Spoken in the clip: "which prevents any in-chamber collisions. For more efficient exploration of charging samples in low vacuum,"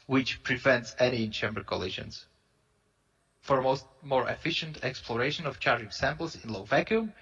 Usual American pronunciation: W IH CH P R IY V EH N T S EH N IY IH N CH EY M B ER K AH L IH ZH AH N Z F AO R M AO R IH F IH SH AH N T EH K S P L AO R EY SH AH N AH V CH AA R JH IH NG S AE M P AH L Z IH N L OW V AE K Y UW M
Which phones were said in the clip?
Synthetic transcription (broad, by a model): W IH CH P R IY V EH N T S EH N IY IH N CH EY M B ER K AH L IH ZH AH N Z F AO R M AO R IH F IH SH AH N T EH K S P L AO R EY SH AH N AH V CH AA R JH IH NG S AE M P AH L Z IH N L OW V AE K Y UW M